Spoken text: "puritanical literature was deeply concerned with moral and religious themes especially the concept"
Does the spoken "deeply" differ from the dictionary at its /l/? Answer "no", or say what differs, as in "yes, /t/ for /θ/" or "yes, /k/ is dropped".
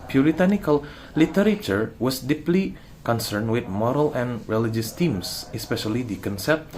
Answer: no